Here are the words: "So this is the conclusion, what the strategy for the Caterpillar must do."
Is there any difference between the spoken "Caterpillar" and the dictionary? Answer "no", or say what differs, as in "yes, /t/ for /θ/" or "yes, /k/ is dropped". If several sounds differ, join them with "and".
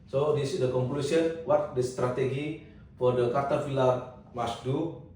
yes, /f/ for /p/